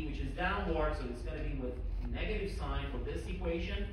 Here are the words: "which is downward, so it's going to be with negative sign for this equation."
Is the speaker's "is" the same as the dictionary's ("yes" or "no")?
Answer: yes